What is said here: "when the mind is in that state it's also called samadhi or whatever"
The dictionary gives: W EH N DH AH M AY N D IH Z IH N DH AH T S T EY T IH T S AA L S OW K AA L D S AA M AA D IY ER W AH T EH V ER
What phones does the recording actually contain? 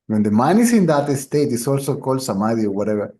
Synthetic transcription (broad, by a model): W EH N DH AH M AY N IH S IH N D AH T S T EY T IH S AA L S OW K AA L D S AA M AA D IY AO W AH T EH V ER